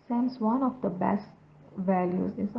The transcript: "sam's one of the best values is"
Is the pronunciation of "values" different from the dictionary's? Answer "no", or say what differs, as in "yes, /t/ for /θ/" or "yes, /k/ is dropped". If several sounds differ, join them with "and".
no